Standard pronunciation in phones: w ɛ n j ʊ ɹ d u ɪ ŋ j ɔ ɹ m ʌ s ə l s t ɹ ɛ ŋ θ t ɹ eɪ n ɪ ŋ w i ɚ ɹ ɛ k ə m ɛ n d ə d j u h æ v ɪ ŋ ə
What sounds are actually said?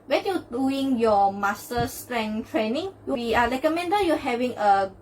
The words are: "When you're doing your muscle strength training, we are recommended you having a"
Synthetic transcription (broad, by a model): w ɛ n j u d u ɪ ŋ j ɔ m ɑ s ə s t ɹ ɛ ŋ t ɹ eɪ n ɪ ŋ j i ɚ l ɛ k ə m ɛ n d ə j u h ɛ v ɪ ŋ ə